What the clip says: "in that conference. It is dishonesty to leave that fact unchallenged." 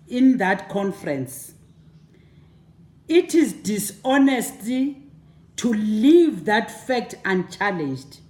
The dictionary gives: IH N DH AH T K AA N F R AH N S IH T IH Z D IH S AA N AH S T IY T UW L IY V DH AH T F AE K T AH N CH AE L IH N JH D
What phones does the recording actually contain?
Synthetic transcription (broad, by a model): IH N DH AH T K AA N F R AH N S IH T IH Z D IH S AA N AH S T IY T UW L IY V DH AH T F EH K T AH N CH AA L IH N JH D